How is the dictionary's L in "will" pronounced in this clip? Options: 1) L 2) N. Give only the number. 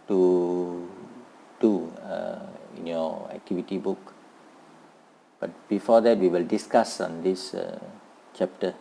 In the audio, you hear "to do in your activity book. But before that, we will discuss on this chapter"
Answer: 1